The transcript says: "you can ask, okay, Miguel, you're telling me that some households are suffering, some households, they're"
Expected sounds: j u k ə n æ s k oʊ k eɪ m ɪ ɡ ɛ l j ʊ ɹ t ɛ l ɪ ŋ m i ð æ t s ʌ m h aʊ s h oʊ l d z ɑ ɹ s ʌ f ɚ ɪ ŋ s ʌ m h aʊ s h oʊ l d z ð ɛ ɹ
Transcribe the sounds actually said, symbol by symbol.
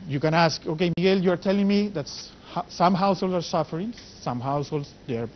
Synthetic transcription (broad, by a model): j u k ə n æ s k oʊ k eɪ m ɪ ɡ ɛ l j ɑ ɹ t ɛ l ɪ ŋ m i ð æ t s ʌ m h aʊ s h oʊ l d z ɑ ɹ s ʌ f ɚ ɪ ŋ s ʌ m h aʊ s h oʊ l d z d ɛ ɹ